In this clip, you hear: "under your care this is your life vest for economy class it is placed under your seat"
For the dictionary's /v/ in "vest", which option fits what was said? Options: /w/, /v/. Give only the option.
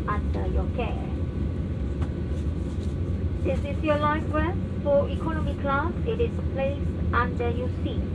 /w/